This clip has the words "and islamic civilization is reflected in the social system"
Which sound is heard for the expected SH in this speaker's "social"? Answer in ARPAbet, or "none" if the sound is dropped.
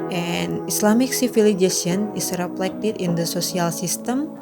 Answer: S